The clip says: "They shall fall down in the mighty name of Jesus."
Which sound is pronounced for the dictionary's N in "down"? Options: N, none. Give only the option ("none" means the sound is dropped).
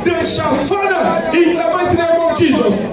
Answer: none